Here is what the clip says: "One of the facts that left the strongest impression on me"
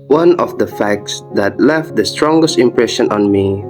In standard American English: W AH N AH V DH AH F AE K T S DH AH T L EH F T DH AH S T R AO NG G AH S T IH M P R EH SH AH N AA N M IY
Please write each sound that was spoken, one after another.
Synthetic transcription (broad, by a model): W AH N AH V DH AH F AE K T S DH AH T L EH F T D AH S T R AO NG G AH S T IH M P R EH SH AH N AA N M IY